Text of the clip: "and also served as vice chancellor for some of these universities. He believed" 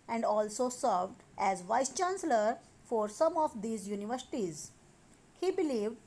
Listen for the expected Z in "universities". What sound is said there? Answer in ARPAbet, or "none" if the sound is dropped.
Z